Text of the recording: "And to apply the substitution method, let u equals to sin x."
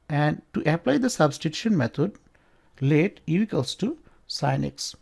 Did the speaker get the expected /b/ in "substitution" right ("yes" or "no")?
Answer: yes